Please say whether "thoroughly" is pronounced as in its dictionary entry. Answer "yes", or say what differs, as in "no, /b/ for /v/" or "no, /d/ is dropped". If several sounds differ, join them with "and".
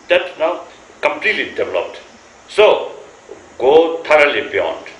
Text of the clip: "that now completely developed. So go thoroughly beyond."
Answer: no, /t/ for /θ/